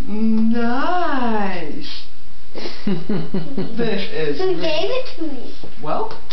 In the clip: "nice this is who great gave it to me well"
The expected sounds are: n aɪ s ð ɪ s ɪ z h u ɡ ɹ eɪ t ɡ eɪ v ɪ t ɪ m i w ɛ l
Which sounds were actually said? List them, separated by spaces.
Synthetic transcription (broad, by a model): n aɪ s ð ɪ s ɪ z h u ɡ eɪ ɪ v ɪ t ɪ m i w ɛ l